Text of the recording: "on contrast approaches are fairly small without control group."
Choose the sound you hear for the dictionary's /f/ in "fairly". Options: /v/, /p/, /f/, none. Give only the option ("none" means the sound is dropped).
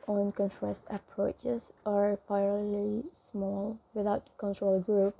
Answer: /p/